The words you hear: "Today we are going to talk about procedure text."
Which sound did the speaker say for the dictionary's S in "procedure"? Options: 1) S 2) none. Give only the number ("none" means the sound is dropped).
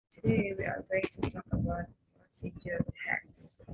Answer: 2